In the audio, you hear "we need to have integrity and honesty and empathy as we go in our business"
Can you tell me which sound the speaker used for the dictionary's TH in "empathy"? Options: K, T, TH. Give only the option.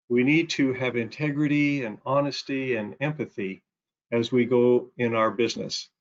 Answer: TH